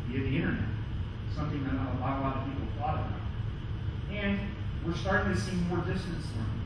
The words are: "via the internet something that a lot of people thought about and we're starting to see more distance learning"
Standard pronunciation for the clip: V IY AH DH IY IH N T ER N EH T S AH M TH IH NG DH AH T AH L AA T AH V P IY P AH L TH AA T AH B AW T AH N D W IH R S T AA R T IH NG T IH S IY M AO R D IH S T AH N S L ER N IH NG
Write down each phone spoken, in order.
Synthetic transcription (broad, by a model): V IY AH DH IY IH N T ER N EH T S AH M TH IH NG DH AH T AH L AA T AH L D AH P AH L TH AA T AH AW AH N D W IH R S T AA R T IH NG T IH S IY M AO R D IH S T AH N S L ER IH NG